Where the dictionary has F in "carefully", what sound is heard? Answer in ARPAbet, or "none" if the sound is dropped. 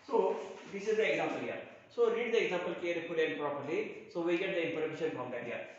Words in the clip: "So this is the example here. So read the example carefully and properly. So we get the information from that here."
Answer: P